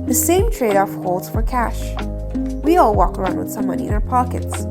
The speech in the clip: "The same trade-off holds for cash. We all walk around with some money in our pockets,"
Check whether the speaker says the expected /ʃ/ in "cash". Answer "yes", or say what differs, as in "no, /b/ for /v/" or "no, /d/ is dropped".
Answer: yes